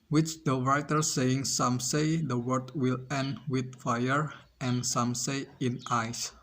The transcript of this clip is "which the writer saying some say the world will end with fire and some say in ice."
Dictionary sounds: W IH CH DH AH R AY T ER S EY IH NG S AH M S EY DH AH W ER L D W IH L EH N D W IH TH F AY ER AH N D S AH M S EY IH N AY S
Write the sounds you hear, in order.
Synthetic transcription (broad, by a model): W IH CH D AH R AY T ER S EY IH NG S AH M S EY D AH W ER D W IH L EH N D W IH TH F AY ER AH N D S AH M S EY IH N AY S